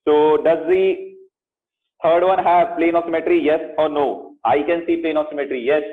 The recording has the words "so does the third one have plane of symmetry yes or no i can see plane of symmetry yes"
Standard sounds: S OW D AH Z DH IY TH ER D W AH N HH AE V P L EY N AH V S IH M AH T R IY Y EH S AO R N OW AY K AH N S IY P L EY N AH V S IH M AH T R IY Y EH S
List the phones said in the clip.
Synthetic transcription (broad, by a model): S OW D AH Z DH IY T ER D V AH N HH AE V P L EY N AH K S IH M AH T R IY Y EH S AO R N OW AY K AH N S IY P L EY N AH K S IH M AH T R IY Y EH S